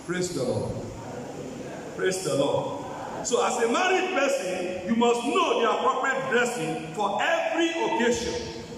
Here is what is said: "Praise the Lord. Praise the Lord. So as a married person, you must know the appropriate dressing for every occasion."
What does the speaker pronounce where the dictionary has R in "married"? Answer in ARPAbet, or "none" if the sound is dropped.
R